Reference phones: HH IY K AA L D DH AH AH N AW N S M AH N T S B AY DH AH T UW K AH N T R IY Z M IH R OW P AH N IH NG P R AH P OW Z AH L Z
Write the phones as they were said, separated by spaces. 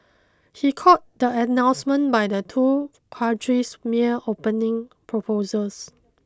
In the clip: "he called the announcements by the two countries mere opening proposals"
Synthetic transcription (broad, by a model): HH IY K AA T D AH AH N AW N S M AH N B AY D AH T UW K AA T R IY S M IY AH OW P AH N IH NG P R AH P OW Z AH L S